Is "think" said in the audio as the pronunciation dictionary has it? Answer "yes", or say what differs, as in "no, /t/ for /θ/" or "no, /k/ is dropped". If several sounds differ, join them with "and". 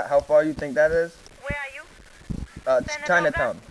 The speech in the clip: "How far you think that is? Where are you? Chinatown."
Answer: yes